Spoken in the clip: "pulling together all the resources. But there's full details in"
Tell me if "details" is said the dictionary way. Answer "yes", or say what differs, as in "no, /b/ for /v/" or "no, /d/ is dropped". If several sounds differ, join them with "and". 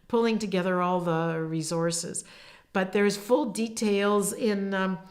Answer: yes